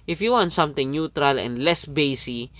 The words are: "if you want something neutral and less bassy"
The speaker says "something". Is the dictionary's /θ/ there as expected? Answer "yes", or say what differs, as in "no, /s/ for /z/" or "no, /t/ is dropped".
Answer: no, /t/ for /θ/